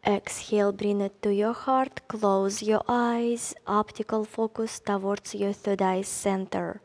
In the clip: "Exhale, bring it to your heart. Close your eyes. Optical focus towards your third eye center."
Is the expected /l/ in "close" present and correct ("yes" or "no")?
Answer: yes